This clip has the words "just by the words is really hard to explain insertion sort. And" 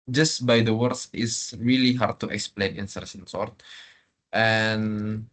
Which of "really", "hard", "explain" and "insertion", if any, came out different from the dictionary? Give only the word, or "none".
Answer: insertion